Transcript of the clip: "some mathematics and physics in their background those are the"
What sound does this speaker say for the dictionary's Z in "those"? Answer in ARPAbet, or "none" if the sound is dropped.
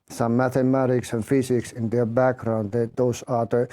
S